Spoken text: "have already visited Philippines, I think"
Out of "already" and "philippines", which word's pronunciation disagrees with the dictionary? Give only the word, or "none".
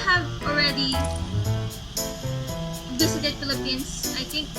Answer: philippines